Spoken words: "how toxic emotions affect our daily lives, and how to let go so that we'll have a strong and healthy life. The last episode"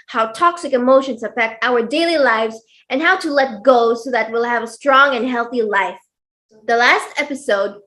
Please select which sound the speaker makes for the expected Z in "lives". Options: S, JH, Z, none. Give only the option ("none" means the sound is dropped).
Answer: Z